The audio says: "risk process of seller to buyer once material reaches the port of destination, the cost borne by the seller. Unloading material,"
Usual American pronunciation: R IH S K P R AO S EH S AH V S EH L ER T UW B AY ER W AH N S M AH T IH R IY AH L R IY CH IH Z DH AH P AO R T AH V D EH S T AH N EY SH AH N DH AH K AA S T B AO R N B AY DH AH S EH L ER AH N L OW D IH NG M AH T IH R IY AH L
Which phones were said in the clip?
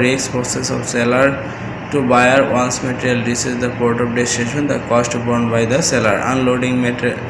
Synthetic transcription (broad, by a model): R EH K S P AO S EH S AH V S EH L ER T UW B AY ER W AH N S M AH T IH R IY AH L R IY S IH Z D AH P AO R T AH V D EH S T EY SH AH N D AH K AA S T B AO R N B AY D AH S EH L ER AH N L OW D IH NG M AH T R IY